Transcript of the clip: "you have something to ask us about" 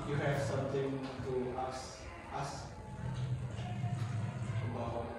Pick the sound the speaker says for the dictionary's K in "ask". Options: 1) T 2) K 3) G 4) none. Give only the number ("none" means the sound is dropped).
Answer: 4